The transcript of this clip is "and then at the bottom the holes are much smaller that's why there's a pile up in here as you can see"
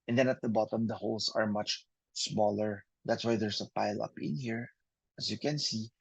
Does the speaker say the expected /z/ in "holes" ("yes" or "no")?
no